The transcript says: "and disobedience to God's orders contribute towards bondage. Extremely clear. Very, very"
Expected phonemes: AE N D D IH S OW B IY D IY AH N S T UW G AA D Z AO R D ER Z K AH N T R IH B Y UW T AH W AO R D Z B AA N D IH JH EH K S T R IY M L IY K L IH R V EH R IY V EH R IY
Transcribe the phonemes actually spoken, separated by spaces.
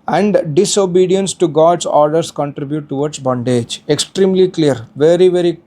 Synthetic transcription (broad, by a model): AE N D D IH S OW B IY D IY AH N S T UW G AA D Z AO R D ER S K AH N T R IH B Y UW T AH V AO R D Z B AA N D IH JH EH K S T R IY M L IY K L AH R V EH R IY V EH R IY